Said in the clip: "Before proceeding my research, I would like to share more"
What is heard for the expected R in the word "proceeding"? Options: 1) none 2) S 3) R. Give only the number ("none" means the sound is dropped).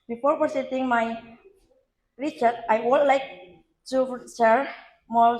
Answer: 1